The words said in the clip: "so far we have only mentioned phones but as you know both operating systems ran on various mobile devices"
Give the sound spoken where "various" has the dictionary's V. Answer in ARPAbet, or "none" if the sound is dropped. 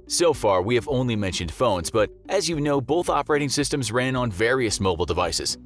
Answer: V